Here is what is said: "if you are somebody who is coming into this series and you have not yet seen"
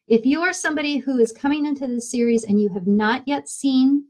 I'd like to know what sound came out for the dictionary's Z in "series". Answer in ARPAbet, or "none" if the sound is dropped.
Z